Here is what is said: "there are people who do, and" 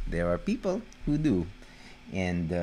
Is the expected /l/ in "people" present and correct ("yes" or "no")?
yes